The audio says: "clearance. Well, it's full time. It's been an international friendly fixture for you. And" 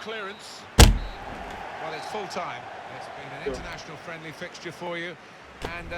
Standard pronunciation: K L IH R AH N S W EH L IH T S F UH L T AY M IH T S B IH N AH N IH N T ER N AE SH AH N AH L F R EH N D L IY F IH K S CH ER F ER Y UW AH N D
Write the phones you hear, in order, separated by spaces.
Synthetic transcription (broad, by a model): K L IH R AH N S W EH L IH T S F UH L T AY M IH T S B IH N AH N IH N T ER N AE SH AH N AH L F R EH N D L IY F IH K S CH ER F ER Y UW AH N